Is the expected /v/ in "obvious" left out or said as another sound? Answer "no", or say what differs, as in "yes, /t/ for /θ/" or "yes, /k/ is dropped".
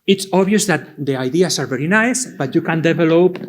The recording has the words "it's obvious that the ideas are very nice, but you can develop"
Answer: yes, /v/ is dropped